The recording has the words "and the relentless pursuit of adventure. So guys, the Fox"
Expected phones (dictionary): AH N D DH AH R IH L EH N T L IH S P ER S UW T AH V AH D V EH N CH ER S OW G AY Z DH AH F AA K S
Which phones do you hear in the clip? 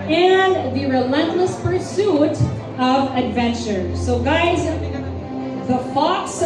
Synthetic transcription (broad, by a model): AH N DH AH R IH L EH N T L IH S P ER S UW T AH V AH D V EH N CH ER S OW G AY Z DH AH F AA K S